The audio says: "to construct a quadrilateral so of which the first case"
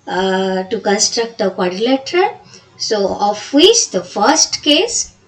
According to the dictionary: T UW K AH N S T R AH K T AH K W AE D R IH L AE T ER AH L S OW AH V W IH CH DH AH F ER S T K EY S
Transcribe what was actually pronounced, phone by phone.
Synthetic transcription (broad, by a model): T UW K AH N S T R AH K T AH K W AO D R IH L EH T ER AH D S OW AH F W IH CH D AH F ER S T K EY S